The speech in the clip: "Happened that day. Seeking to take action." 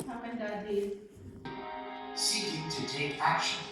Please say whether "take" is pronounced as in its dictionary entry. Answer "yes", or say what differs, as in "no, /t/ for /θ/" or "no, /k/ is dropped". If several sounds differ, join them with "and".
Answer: no, /k/ is dropped